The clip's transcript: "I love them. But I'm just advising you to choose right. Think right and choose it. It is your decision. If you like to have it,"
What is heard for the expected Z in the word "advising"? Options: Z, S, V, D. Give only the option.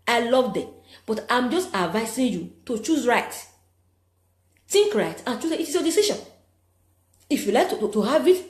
S